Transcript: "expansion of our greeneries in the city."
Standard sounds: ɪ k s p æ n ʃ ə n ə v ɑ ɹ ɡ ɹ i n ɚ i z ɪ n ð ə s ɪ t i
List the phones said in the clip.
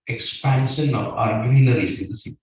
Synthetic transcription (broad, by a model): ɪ k s p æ n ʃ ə n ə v ɑ ɹ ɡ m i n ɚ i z ɪ n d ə s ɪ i